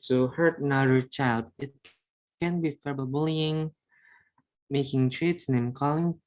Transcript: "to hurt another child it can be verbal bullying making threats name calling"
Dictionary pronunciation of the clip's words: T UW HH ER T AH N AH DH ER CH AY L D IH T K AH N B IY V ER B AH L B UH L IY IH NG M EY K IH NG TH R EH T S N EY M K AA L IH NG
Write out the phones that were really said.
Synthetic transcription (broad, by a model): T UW HH ER T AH N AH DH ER CH AY L D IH T K AH N B IY F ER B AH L B UH L IY IH NG M EY K IH NG T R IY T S N EY M K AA L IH NG